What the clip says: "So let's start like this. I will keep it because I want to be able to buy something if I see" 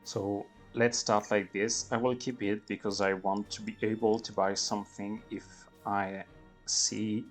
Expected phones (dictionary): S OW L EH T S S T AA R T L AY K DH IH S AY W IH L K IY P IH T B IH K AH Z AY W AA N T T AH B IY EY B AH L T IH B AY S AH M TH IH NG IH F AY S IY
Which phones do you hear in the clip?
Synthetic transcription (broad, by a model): S OW L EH T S S T AA R T L AY K DH IH S AY W IH L K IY P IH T B IH K AH Z AY W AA N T T AH B IY EY B AH L T IH B AY S AH M TH IH NG IH F AY S IY